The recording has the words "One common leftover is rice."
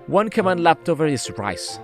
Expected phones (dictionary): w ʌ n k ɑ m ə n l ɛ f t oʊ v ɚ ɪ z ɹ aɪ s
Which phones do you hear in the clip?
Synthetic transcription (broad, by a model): w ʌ n k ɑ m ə n l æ p t oʊ v ɚ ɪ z ɹ aɪ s